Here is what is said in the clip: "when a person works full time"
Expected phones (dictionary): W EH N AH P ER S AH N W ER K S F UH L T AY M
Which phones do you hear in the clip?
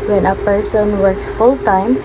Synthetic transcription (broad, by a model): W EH N AH P ER S AH N W ER K S F UH L T AY M